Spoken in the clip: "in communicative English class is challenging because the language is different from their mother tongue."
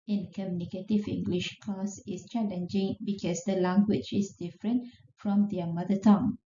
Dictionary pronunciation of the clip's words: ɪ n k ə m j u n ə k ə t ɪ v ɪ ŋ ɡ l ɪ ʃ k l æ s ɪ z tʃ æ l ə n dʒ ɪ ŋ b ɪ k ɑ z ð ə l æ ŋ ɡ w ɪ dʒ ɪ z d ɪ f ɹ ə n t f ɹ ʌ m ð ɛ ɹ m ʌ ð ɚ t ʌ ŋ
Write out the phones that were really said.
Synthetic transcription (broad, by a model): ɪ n k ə m j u n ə k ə t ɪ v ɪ ŋ ɡ l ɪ ʃ k ɔ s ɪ s tʃ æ l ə n dʒ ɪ ŋ b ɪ k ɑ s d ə l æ ŋ ɡ w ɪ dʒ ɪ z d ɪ f ɹ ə n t f ɹ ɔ m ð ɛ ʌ m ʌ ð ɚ t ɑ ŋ